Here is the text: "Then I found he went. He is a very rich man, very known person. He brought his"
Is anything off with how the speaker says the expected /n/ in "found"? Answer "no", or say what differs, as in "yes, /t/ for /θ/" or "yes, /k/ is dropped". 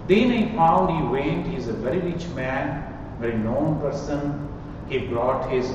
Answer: yes, /n/ is dropped